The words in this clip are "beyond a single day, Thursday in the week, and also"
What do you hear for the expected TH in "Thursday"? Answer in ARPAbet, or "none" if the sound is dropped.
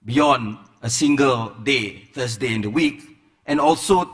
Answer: F